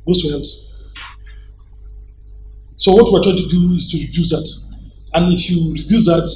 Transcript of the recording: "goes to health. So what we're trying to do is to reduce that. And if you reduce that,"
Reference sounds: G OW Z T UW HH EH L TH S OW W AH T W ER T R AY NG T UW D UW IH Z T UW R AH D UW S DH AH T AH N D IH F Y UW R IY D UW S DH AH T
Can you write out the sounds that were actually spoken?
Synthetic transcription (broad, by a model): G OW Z T UW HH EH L T S OW W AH T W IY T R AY T UW D UW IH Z T UW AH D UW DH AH T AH N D IH F Y UW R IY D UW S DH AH T